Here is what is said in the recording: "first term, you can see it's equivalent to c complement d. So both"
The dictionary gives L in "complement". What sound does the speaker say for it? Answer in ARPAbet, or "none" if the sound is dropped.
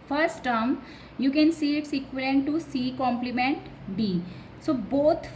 L